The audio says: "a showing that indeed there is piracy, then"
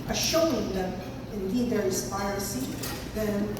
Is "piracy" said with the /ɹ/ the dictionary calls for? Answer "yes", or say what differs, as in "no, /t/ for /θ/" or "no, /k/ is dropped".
no, /ɹ/ is dropped